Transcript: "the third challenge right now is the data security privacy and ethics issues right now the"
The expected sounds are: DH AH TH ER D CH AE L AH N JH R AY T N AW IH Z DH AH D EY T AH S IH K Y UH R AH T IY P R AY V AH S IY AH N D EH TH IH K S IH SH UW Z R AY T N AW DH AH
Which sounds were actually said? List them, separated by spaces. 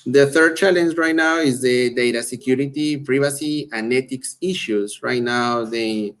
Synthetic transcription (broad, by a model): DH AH TH ER D CH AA L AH N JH R AY T N AW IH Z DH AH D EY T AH S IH K Y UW R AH T IY P R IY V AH S IY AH N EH T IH K S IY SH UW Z R AY T N AW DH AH